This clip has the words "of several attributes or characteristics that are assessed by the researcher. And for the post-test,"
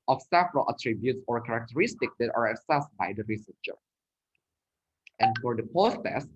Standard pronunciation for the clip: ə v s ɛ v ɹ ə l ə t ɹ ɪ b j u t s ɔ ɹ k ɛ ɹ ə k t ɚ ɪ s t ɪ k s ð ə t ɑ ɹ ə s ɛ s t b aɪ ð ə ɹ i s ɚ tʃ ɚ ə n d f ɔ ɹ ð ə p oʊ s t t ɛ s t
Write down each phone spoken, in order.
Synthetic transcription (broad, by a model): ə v s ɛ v ɹ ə l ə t ɹ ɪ b j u t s ɔ ɹ k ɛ ɹ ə k t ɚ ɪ s t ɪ k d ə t ɑ ɹ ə s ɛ s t b aɪ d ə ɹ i s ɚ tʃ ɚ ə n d f ɔ ɹ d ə p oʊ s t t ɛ s